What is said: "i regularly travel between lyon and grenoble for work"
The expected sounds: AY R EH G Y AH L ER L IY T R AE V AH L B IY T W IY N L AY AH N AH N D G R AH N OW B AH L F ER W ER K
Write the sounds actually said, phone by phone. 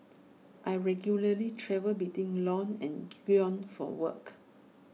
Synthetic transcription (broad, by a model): AY R EH G Y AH L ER L IY T R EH V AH L B IY T W IY N L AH N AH N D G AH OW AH N F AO W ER K